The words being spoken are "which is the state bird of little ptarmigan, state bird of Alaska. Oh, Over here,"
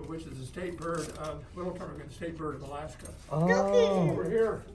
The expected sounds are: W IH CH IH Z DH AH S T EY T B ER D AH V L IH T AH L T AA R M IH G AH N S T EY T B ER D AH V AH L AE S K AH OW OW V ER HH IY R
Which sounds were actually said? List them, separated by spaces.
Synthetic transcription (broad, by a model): W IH CH IH Z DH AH S T EY T B ER D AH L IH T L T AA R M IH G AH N S T EY T B ER D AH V AH L AE S K AH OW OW W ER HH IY R